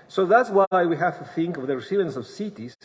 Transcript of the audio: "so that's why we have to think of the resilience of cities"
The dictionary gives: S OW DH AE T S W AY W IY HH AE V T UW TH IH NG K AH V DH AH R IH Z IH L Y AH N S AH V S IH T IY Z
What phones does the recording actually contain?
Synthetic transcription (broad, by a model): S OW DH AE T S W AY W IY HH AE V T UW TH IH NG K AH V DH AH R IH S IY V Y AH N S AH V S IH T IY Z